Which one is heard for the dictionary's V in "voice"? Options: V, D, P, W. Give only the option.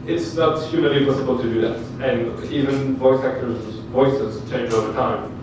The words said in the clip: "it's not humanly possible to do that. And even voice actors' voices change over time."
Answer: V